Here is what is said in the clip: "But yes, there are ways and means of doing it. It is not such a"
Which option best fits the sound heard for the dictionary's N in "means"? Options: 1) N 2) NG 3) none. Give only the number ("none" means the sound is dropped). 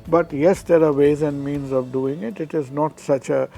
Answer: 1